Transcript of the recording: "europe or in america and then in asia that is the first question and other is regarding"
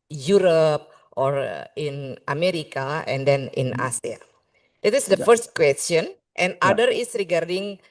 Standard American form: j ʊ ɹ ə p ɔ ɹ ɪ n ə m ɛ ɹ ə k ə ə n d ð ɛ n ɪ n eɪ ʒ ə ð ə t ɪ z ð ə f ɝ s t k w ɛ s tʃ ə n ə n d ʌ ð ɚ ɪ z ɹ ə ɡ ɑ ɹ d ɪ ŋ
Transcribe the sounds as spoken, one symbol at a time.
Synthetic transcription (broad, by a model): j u ɹ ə p ɔ ɹ ɪ n ə m ɛ ɹ ə k ə ə n d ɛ n ɪ n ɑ s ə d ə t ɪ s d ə f ɝ s t k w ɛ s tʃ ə n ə n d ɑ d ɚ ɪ s ɹ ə ɡ ɑ ɹ d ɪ ŋ